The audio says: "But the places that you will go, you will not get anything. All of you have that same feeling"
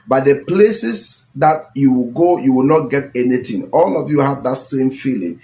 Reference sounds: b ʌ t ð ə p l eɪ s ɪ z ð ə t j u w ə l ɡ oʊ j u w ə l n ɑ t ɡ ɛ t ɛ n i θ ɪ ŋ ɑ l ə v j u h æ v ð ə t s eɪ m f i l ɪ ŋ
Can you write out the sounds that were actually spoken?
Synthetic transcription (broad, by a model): b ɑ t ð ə p l eɪ s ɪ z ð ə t j u w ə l ɡ oʊ j u w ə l n ɑ t ɡ ɛ t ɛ n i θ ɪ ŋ ɑ l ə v j u h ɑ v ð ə t s eɪ m f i l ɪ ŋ